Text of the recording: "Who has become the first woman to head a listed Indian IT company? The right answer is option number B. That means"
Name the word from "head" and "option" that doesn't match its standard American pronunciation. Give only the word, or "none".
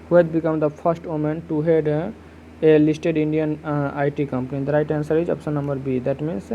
option